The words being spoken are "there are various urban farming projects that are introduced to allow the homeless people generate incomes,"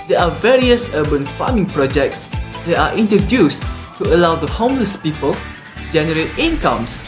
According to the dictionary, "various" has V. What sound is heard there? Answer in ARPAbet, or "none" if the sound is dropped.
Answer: V